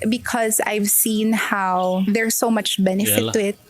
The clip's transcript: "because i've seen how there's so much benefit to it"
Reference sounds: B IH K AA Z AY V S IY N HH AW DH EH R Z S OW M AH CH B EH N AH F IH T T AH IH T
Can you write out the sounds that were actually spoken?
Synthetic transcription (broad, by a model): B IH K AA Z AY V S IY N HH AW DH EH R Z S OW M AH CH B EH N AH F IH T T AH IH T